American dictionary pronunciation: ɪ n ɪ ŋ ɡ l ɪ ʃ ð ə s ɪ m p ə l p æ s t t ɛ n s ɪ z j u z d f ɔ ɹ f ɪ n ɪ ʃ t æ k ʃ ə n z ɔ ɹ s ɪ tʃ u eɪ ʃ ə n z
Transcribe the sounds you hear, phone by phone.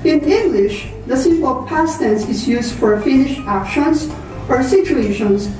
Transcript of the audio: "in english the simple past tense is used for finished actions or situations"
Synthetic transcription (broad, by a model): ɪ n ɪ ŋ ɡ l ɪ ʃ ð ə s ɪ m ə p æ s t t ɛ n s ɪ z j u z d f ɔ ɹ f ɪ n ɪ ʃ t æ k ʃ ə n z ɔ ɹ s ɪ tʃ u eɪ ʃ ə n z